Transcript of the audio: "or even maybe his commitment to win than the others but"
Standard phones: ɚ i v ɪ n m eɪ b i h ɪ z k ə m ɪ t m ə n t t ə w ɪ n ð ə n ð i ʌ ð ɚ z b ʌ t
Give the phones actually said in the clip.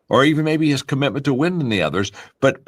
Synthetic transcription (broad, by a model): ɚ i v ɪ n m eɪ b i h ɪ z k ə m ɪ t m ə n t t ə w ɪ n ð ə n ð i ʌ ð ɚ z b ʌ t